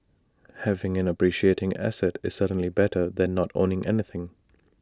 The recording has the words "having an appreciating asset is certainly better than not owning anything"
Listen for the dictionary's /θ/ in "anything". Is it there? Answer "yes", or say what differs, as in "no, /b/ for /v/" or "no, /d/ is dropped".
yes